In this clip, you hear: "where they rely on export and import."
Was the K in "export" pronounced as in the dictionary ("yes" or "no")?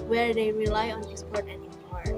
no